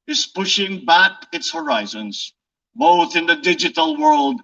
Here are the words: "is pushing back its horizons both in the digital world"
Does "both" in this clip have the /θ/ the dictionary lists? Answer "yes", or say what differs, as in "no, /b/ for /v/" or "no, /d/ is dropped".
yes